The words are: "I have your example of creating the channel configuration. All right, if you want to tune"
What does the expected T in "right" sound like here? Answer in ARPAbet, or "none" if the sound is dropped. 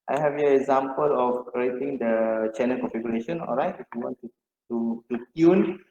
T